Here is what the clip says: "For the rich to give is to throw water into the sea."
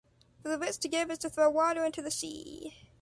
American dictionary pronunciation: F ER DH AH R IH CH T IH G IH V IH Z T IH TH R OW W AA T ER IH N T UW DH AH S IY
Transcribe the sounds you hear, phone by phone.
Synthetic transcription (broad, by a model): F ER DH AH W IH S T IH G IH V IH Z T IH TH R OW W AA T ER IH N T UW DH AH S IY